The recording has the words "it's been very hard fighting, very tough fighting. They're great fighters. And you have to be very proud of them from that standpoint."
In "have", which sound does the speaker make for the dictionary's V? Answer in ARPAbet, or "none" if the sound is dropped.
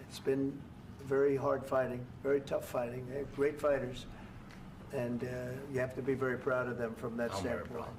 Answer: F